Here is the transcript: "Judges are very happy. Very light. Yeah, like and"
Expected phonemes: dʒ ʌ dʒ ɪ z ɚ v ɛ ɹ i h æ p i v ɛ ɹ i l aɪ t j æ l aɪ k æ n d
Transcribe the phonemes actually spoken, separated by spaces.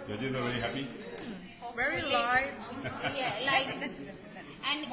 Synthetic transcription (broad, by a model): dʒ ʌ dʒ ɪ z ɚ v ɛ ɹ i h æ p i v ɛ ɹ i l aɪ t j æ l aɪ æ n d